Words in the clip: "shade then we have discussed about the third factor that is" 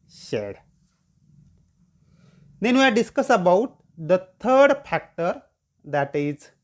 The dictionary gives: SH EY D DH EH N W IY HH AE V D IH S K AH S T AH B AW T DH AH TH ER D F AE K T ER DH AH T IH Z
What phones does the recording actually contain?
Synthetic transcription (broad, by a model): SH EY D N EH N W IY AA D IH S K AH S AH B AW T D AH T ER D F AE K T ER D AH T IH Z